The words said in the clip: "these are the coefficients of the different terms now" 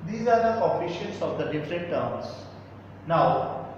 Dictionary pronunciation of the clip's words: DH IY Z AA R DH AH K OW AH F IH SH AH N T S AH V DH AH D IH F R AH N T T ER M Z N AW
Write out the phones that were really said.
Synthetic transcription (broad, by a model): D IY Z AA R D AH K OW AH P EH SH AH N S AH V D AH D IH F R AH N T T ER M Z N AW